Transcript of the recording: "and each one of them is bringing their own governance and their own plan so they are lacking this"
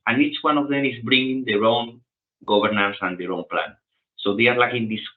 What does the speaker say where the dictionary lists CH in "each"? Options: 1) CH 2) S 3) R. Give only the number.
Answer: 1